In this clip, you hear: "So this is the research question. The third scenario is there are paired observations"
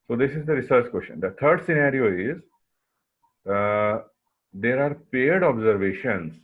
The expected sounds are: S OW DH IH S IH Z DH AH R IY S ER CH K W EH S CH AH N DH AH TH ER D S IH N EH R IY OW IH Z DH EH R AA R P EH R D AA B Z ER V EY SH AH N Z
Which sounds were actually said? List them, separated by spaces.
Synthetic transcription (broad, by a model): S OW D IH S IH Z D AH R IY S ER CH K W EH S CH AH N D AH T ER D S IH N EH R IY OW IH Z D EH R AA R P EH R D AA B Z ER V EY SH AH N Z